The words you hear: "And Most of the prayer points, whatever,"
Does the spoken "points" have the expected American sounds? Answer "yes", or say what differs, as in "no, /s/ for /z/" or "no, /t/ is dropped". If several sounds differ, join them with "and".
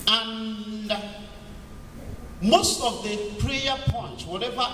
no, /s/ is dropped